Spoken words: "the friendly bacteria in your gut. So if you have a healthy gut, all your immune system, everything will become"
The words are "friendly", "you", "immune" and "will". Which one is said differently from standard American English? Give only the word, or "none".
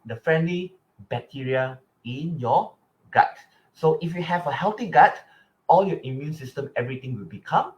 none